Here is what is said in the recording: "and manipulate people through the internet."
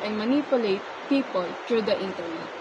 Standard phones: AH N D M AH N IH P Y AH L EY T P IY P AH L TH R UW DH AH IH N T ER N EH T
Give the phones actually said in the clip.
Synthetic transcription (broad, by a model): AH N M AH N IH P Y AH L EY T P IY P AH L T R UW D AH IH N T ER N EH T